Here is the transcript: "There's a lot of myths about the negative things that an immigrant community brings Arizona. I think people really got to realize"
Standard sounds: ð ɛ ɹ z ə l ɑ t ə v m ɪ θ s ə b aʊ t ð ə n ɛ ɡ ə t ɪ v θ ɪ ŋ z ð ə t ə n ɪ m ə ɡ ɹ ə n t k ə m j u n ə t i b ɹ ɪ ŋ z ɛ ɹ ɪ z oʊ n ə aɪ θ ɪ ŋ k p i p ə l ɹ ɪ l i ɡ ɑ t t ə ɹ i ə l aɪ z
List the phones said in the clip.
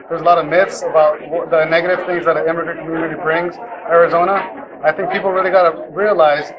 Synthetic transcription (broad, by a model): ð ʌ ɹ z ə l ɑ t ə v m ɪ θ s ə b aʊ t ð ə n ɛ ɡ ə t ɪ v θ ɪ ŋ z ð ə t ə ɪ m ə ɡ ɹ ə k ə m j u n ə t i b ɹ ɪ ŋ z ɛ ɹ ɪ z oʊ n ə aɪ θ ɪ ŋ k p i p l ɹ ɪ l i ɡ ɑ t t ə ɹ i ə l aɪ z